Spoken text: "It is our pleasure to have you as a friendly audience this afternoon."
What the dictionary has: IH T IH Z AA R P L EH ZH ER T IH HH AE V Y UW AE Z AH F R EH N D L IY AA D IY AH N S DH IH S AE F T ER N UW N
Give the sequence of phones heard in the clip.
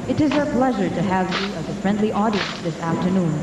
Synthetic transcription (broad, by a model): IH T IH Z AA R P L EH ZH ER T IH HH AE V Y UW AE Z AH F R EH N D L IY AA D IY AH N S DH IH S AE F T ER N UW N